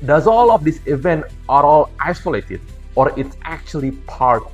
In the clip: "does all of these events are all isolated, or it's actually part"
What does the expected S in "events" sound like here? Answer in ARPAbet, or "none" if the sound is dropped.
none